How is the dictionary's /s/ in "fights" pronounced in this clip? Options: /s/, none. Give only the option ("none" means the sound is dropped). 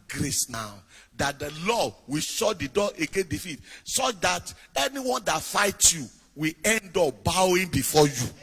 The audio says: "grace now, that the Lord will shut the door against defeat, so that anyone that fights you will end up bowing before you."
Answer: none